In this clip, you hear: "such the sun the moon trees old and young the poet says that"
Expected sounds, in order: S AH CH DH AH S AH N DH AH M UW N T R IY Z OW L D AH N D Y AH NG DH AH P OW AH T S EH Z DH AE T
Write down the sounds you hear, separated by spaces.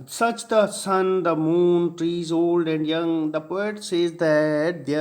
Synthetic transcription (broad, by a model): S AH CH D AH S AH N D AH M UW N T R IY Z OW L D AH N D Y AH NG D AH P OW AH T S EH Z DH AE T